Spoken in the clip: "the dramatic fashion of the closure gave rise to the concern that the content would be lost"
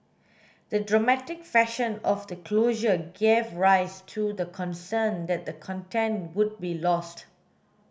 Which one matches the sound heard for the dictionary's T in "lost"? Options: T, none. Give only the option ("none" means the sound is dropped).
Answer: T